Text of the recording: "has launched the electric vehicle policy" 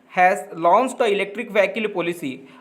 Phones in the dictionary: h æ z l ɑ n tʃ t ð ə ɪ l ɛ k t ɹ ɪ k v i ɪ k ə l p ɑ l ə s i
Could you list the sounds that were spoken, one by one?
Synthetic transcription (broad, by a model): h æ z l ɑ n s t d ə ɪ l ɛ k t ɹ ɪ k v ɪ k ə l p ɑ l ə s i